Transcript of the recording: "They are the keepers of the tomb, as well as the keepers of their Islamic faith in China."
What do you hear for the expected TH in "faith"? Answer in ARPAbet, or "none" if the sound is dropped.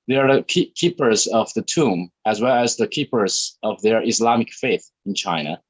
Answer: TH